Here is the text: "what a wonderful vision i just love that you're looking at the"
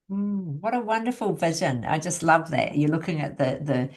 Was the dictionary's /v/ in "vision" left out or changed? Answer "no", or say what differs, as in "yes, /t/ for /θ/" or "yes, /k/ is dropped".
no